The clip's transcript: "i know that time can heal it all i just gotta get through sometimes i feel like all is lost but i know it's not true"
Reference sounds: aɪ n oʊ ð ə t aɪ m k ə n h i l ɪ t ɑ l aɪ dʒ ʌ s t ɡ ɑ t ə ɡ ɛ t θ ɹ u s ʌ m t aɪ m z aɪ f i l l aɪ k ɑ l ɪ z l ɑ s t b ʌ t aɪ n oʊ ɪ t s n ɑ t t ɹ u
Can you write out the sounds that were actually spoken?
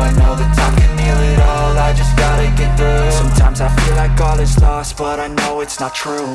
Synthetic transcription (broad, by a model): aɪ n oʊ ð ə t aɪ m k ə n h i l ɪ t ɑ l aɪ dʒ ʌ s ɡ ɑ t ə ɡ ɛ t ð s s ʌ m t aɪ m z aɪ f i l l aɪ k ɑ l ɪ s l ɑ s t b ʌ t aɪ n oʊ ɪ t s n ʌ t t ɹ u